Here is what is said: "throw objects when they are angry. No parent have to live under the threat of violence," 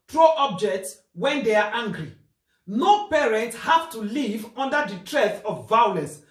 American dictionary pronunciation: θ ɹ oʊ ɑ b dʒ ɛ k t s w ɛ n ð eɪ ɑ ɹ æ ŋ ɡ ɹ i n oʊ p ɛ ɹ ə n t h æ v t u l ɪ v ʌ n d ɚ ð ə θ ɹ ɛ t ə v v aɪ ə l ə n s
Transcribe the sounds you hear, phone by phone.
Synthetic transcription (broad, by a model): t ɹ oʊ ɑ b dʒ ɛ k t s w ɛ n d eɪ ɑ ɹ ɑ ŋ ɡ ɹ i n oʊ p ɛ ɹ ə n t h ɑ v t u l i v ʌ n d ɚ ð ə t ɹ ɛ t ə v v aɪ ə l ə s